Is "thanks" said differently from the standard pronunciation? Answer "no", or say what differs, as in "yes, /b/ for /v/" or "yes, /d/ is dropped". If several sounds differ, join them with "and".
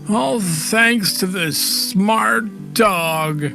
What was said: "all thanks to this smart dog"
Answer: no